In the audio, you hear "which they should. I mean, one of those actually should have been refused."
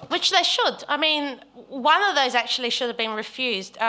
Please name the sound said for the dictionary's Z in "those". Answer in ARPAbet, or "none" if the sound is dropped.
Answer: Z